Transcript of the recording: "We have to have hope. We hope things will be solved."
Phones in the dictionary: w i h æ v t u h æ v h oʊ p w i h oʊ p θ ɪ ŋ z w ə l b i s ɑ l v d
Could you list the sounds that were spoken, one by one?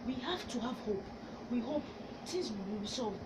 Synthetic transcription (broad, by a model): w i h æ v t u h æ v h oʊ p w i h oʊ p t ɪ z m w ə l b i s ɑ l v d